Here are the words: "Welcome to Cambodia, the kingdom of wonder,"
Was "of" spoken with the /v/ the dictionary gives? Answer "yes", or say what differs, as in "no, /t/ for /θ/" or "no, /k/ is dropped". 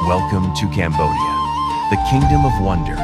yes